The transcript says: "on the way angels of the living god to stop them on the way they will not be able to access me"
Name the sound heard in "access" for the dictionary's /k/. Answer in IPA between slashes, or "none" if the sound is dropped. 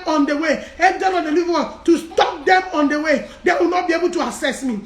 none